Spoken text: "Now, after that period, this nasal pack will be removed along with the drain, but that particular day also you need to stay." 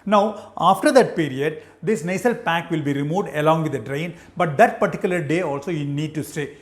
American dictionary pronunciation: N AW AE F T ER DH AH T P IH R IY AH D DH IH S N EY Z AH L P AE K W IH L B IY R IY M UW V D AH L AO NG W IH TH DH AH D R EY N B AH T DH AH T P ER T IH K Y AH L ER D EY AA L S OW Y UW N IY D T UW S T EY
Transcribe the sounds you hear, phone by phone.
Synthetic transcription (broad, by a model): N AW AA F T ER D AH T P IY R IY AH D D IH S N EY S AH L P AE K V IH L B IY R IY M UW V D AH L AO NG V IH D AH D R EY N B AH T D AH T P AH T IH K Y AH L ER D EY AA L S OW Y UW N IY D T UW S T EY